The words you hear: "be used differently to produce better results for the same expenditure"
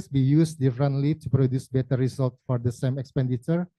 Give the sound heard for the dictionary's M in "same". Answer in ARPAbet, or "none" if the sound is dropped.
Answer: M